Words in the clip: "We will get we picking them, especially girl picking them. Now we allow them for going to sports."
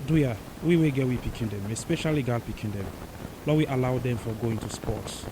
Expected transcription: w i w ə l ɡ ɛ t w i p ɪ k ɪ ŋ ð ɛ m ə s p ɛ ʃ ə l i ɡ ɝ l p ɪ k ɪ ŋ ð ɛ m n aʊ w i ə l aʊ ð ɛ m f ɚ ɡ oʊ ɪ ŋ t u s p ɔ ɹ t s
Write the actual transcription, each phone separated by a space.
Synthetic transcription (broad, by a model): w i w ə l ɡ ɛ t w i p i k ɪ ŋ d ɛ m ə s p ɛ ʃ ə l i ɡ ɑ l p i k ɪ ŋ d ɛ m l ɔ w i ə l aʊ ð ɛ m f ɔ ɡ oʊ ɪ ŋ t u s p ɔ t s